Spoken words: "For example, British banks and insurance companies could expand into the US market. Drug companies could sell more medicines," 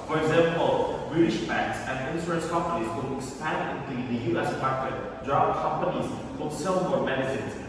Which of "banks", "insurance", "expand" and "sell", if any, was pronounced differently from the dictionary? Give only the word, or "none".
insurance